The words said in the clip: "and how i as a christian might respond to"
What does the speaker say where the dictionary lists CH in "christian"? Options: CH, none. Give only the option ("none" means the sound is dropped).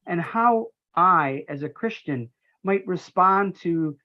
CH